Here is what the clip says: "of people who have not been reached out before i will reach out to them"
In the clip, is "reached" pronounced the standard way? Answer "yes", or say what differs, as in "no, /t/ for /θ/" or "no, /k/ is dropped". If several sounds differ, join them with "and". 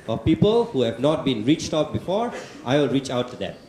yes